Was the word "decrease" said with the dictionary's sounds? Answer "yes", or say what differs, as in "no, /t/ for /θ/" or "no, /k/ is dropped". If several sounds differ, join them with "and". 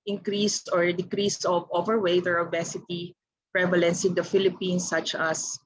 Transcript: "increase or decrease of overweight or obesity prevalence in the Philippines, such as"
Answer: yes